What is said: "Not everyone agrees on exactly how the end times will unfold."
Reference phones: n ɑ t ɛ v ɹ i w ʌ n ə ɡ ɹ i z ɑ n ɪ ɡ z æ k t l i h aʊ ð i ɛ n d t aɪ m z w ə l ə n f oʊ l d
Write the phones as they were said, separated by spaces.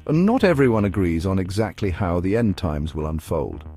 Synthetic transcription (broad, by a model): n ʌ t ɛ v ɹ i w ʌ n ə ɡ ɹ i z n ɪ ɡ z æ k t l i h aʊ ð i ɛ n t aɪ m z w ə l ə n f oʊ l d